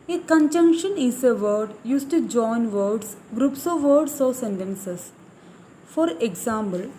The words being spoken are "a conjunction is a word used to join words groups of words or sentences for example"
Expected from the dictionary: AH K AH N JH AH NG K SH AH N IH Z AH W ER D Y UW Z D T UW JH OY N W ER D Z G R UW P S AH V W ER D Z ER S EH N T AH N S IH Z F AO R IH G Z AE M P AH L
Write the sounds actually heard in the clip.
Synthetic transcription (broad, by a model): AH K AH N JH AH NG K SH AH N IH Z AH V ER D Y UW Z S T UW JH OY N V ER D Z G R UW P S AH V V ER D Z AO S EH N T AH N S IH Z F AO R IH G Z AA M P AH L